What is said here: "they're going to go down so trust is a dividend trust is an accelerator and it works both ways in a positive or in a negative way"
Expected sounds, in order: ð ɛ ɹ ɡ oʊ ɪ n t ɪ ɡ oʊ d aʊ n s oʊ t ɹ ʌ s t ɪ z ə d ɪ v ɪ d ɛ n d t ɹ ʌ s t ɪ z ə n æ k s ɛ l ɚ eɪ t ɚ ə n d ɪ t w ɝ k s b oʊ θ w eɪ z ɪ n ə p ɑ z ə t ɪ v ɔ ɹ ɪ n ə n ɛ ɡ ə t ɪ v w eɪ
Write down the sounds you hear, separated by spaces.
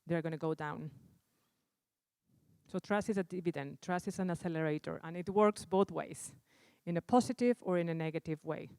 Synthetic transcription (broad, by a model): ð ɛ ɹ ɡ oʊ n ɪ ɡ oʊ d aʊ n s oʊ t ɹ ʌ s ɪ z ə d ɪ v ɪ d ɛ n t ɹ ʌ s ɪ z ə n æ s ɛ l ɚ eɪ t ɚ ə n ɪ t w ɝ k s b oʊ θ w eɪ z ɪ n ə p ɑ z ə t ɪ v ɔ ɹ ɪ n ə n ɛ ɡ ə t ɪ v w eɪ